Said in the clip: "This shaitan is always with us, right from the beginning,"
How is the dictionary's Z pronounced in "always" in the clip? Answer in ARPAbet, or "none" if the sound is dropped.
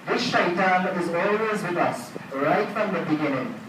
Z